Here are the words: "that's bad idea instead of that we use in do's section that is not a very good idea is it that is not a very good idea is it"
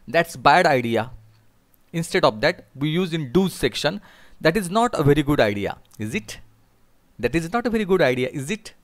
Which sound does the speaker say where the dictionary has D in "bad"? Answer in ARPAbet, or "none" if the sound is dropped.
D